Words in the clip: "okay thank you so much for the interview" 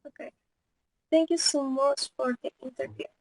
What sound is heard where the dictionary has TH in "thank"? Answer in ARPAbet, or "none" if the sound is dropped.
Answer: T